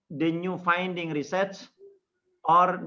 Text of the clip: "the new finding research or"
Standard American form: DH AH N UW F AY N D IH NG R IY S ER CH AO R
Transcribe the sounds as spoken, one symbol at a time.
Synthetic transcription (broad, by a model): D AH N UW F AY N D IH NG R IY S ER S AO R